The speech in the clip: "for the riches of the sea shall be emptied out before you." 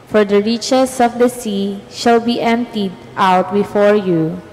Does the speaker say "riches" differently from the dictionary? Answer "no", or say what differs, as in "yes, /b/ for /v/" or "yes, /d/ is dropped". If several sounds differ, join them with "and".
yes, /s/ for /z/